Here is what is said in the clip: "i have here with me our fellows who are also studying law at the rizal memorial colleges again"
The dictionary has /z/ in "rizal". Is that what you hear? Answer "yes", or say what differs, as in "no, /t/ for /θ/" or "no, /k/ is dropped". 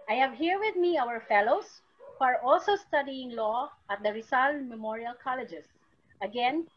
no, /s/ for /z/